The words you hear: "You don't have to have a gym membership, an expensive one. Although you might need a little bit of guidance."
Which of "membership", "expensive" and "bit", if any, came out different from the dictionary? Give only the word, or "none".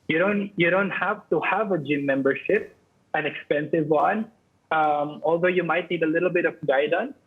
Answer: none